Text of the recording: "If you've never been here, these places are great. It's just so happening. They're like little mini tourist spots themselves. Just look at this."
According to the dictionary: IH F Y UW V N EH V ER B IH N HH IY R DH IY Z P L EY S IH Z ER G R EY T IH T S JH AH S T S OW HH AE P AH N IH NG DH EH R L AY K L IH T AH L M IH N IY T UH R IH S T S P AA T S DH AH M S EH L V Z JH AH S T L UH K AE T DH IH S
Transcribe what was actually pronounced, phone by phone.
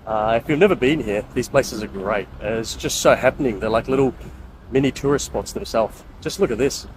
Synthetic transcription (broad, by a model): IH F Y UW V N EH V ER B IH N HH IY R DH IY Z P L EY S IH Z ER G R EY T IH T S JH AH S T S OW HH AE P AH N IH NG DH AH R L AY K L IH T L M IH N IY T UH R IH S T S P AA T S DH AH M S EH L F JH AH S T L UH K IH T DH IH S